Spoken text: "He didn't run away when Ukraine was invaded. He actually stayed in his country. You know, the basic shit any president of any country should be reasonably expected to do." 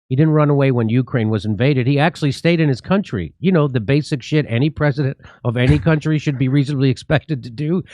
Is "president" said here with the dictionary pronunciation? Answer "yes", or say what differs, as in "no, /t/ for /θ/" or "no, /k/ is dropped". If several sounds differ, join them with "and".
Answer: yes